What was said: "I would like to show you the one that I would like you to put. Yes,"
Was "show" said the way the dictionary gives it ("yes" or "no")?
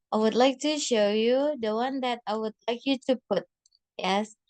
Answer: yes